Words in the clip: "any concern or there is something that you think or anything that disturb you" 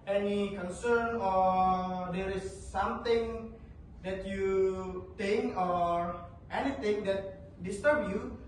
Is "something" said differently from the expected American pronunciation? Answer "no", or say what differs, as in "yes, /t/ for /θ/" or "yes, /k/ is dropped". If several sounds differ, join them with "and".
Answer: yes, /t/ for /θ/